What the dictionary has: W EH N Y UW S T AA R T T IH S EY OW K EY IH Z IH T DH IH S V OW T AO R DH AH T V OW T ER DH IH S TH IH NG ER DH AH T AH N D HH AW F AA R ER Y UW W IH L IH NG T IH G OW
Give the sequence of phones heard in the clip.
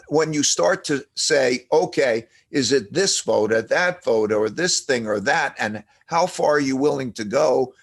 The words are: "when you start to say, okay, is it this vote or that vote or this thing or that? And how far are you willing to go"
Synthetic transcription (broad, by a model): W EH N Y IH S T AA R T T IH S EY OW K EY IH Z IH T DH IH S V OW T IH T DH AH T V OW T ER DH IH S TH IH NG ER DH AH T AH N HH AW F AA R ER Y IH W IH L IH NG T IH G OW